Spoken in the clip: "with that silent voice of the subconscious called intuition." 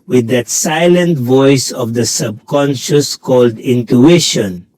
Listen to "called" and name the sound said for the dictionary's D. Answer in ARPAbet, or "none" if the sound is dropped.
D